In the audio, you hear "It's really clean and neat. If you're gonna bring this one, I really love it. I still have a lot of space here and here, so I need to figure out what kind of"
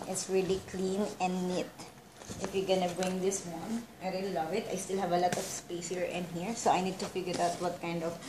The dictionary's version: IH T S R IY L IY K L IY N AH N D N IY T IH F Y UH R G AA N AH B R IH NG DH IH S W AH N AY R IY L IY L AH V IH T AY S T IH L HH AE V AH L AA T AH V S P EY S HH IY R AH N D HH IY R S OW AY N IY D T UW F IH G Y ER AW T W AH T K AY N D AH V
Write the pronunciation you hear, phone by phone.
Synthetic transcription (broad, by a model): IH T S R IY L IY K L IY N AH N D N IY T IH F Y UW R G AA N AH B R IH NG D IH S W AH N AY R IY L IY L AH V IH T AY S T IH L HH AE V AH L AA T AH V S P EY S HH IY R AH N HH IY R S OW AY N IY D T UW F IH G Y ER AW T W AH T K AY N D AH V